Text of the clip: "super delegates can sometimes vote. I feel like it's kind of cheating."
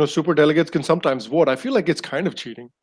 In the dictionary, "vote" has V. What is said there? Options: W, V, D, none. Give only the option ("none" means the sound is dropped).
W